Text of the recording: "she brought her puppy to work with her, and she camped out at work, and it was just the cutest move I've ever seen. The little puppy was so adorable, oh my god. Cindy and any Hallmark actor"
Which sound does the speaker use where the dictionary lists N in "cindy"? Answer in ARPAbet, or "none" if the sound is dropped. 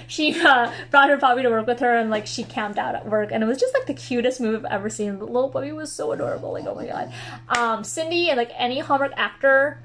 N